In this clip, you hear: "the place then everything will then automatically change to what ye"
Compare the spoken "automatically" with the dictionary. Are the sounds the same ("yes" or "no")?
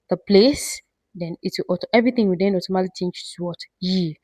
no